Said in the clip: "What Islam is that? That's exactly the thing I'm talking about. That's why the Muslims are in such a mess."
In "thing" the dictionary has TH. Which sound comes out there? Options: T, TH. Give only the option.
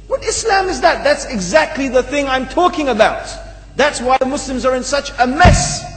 TH